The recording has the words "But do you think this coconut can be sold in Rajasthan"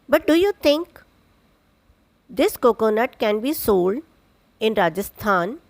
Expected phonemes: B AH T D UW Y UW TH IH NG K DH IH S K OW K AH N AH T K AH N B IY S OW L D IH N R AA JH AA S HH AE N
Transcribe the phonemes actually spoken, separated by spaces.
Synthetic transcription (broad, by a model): B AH T D UW Y UW T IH NG K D IH S K OW K AH N AH T K AH N B IY S OW L D IH N R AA JH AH S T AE N